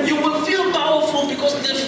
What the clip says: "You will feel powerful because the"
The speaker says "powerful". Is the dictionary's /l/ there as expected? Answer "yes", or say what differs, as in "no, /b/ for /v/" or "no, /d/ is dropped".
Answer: no, /n/ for /l/